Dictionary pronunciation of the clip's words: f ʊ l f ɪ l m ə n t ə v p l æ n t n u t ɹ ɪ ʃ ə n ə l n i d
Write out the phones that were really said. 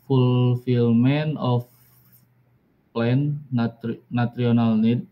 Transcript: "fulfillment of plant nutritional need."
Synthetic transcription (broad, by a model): f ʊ l f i l m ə n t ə f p l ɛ n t n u t ɹ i ə n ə l n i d